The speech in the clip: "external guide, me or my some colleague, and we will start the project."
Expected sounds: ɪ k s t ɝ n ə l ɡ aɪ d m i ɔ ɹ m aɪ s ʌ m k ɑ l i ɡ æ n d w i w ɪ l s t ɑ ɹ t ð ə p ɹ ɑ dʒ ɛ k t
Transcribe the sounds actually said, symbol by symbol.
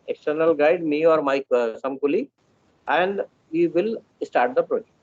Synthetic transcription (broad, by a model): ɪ k s t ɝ n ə l ɡ aɪ d m i ɔ ɹ m aɪ s ʌ m k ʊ l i æ n d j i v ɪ l s t ɑ ɹ t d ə p ɹ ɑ dʒ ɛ k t